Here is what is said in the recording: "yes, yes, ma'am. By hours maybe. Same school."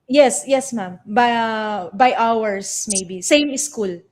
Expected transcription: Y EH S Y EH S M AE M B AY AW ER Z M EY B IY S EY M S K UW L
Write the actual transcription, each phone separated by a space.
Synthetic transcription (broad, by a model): Y EH S Y EH S M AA M B AY AW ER S M EY B IY S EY M S K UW L